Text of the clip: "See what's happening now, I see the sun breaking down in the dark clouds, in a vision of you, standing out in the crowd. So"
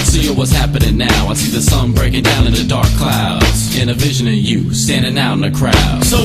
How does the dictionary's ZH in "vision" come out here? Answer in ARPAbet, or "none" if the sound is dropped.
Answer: ZH